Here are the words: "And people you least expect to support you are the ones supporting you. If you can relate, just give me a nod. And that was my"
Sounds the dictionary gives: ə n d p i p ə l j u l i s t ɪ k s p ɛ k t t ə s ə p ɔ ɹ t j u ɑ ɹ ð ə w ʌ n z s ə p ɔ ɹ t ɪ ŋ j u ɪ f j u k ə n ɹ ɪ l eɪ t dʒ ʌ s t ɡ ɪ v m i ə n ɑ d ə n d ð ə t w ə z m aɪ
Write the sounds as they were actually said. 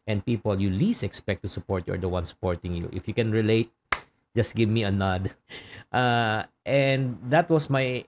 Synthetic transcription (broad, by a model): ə n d p i p ə l j u l i s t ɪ k s p ɛ k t t ə s ə p ɔ ɹ t j u ɑ ɹ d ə w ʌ n s ə p ɔ ɹ t ɪ ŋ j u ɪ f j u k ə n ɹ ɪ l eɪ t dʒ ʌ s t ɡ ɪ v m i ə n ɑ d ə n d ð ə t w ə s m aɪ